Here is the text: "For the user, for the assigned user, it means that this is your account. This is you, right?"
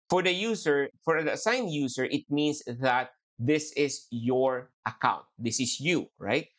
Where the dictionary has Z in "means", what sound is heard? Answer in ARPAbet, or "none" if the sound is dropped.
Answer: S